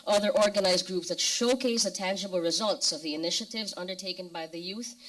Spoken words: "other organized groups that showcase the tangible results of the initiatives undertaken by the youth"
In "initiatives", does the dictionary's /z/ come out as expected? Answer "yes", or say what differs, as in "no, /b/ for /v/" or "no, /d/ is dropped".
yes